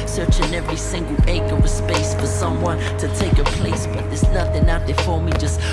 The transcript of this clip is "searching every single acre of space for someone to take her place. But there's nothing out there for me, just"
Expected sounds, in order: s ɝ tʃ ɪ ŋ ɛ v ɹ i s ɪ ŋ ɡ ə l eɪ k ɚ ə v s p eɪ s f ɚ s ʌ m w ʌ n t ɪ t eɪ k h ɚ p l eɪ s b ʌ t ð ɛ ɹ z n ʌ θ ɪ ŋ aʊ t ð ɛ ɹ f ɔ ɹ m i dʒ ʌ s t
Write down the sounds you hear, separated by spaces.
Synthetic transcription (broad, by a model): s ɝ tʃ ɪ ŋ ɛ v ɹ i s ɪ ŋ ɡ l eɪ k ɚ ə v s p eɪ s f ɚ s ʌ m w ʌ n t ɪ t eɪ k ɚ p l eɪ s b ʌ t ð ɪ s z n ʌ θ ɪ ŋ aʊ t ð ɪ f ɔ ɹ m i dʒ ʌ s t